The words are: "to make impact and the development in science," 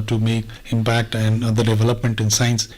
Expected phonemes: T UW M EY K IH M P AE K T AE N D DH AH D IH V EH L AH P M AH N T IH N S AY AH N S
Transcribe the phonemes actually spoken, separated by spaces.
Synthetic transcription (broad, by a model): T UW M EY K IH M P AE K T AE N D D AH D IH V EH L AH P M AH N T IH N S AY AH N S